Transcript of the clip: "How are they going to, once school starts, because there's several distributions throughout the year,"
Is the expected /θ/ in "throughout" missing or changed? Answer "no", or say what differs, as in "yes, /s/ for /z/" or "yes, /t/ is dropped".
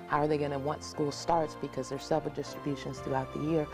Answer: no